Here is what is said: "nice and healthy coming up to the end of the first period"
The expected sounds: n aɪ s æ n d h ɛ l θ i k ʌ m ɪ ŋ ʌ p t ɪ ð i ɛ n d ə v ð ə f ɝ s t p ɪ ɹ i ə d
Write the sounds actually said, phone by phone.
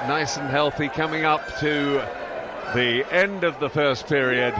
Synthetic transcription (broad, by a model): n aɪ s n h ɛ l θ i k ʌ m ɪ ŋ ʌ p t ɪ ð i ɛ n d ə v ð ə f ɝ s p ɪ ɹ i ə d